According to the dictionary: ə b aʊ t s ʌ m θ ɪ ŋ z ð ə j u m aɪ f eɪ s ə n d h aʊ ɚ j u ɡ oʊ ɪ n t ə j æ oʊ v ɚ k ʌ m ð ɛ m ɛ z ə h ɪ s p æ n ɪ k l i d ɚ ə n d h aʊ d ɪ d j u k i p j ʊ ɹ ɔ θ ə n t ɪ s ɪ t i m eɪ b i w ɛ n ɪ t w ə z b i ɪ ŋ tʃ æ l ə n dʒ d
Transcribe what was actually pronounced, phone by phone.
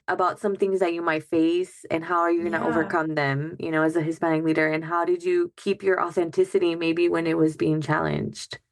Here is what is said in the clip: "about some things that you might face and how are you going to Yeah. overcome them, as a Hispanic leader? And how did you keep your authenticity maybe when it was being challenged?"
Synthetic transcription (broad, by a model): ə b aʊ t s ʌ m θ ɪ ŋ z ð ə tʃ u m aɪ f eɪ s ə n h aʊ ɚ j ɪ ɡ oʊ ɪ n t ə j oʊ v ɚ k ʌ m ð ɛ m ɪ z ə h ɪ s p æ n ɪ k l i d ɚ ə n h aʊ d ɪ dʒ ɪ k i p j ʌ ɹ ɔ θ ə n t ɪ s ɪ t i m eɪ b i w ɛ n ɪ t w ə z b i ɪ ŋ tʃ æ l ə n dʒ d